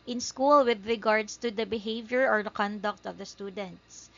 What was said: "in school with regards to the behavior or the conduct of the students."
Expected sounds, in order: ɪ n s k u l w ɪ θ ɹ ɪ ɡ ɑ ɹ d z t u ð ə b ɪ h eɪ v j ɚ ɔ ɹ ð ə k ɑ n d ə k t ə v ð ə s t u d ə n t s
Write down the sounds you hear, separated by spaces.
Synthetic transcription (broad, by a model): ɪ n s k u l w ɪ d ɹ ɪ ɡ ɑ ɹ d s t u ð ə b ɪ h eɪ v j ɚ ɔ ɹ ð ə k ɑ n d ə k t ə v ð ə s t u d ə n t s